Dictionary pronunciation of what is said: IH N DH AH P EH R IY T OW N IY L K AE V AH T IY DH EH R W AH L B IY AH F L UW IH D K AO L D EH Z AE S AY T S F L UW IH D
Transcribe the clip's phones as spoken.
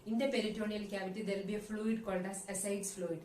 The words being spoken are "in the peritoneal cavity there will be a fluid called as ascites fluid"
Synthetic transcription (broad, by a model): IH N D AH P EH R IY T OW N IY L K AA V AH T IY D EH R L B IY AH F L UW IH D K AO L D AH S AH S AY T S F L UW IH D